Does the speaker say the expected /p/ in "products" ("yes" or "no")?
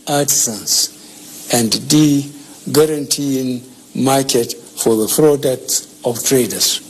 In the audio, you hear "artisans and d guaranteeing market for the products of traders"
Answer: no